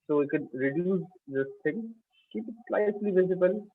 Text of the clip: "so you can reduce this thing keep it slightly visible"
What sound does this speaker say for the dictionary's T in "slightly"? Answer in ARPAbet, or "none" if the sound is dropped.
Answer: S